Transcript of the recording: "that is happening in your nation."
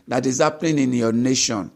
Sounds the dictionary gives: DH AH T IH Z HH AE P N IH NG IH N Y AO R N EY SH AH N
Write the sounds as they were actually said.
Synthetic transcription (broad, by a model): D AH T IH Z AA P L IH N IH N Y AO N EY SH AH N